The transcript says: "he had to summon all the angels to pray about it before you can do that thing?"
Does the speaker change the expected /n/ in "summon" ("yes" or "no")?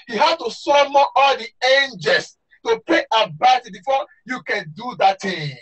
yes